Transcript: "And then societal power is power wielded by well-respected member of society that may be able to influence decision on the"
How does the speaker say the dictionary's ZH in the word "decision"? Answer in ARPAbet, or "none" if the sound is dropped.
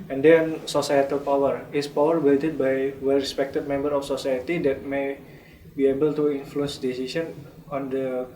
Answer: S